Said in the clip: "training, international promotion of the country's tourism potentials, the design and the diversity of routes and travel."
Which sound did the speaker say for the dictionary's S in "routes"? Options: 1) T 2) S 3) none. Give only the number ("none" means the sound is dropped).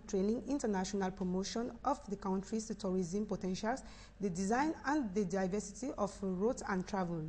3